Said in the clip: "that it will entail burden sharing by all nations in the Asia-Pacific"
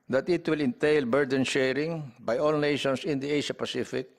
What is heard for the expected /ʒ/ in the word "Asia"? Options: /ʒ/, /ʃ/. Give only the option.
/ʃ/